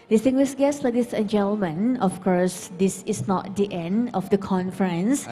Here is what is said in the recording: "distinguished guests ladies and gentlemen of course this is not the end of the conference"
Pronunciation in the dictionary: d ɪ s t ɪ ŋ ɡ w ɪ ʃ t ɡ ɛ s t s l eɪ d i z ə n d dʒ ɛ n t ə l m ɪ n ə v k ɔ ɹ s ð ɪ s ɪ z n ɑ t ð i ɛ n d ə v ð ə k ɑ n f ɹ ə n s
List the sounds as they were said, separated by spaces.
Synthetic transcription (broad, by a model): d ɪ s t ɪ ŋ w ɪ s ɡ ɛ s s l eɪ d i s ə n dʒ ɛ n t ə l m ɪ n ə f k ɔ ɹ s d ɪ s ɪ s n ɑ t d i ɛ n d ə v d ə k ɑ n f ɹ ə n s